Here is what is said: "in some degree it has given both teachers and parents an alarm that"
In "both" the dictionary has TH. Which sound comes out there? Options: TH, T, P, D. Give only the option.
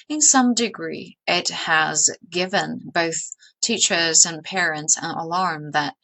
TH